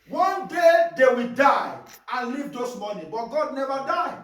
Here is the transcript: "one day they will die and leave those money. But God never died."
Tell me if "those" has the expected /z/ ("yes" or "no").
no